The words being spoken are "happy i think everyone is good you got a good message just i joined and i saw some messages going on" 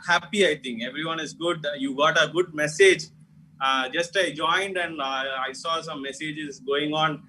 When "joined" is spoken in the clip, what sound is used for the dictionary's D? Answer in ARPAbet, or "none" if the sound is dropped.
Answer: D